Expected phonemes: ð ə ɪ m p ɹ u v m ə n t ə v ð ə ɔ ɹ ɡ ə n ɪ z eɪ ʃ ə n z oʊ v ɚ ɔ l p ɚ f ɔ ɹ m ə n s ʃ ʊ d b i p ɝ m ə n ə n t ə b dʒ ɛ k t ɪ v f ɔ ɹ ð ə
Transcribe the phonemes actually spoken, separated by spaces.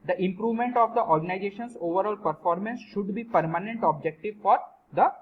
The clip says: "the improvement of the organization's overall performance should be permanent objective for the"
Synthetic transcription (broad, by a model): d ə ɪ m p ɹ u v m ə n t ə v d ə ɔ ɹ ɡ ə n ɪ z eɪ ʃ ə n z oʊ v ɚ ɔ l p ɚ f ɔ ɹ m ə n s ʃ ʊ d b i p ɝ m ə n ə n t ə b dʒ ɛ k t ɪ v f ɔ ɹ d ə